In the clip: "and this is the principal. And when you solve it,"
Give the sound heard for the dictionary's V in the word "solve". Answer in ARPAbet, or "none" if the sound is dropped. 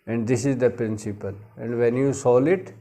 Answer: none